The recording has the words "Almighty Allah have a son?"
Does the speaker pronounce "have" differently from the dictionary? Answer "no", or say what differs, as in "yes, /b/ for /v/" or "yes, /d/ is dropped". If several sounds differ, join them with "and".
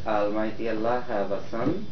yes, /b/ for /v/